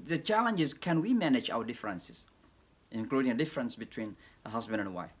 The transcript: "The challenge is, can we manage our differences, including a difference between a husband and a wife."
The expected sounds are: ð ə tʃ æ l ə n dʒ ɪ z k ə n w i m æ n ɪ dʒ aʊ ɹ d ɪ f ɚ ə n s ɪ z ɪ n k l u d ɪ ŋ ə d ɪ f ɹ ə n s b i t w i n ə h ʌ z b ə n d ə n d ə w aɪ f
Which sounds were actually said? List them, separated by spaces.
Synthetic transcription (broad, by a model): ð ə tʃ æ l ə n dʒ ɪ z k ə n w i m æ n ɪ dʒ aʊ w d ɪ f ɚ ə n s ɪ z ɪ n k l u d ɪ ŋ ə d ɪ f ɹ ə n s b i t w i n ə h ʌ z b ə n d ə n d ə w aɪ f